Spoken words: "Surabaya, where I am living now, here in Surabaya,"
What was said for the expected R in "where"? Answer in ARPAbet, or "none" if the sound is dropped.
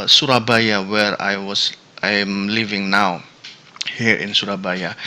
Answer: R